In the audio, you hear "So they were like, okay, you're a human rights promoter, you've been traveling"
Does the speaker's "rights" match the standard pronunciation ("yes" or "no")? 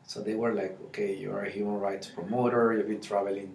yes